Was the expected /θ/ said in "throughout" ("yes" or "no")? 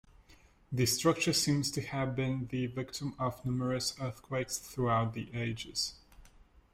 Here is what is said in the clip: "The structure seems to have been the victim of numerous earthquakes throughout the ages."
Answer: yes